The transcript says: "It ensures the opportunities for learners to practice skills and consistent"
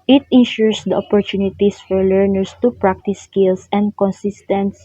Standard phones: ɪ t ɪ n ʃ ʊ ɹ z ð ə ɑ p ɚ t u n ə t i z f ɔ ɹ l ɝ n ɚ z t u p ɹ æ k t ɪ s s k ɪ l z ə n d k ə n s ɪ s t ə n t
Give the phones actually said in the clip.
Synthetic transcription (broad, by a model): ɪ t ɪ n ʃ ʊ ɹ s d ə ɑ p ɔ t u n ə t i s f ɔ ɹ l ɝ n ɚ s t u p ɹ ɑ k t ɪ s s k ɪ l s ə n d k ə n s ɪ s t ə n t